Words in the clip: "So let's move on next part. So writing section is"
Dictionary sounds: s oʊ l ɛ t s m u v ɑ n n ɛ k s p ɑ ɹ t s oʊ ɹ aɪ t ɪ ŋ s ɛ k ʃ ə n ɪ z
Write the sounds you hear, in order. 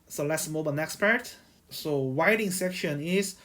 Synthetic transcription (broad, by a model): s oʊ l ɛ t s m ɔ b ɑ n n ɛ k s p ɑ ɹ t s oʊ w aɪ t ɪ ŋ s ɛ k ʃ ə n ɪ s